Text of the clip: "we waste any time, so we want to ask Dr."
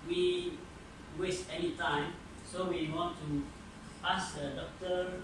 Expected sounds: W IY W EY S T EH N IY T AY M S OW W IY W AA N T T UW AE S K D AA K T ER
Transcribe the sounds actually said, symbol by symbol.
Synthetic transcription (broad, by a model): W IY W EY S T EH N IY T AY M S OW W IY W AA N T T UW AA S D D AA K T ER